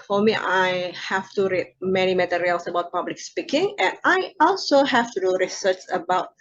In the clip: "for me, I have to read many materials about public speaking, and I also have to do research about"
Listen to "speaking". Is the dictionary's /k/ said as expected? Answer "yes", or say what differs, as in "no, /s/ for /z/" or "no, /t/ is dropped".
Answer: yes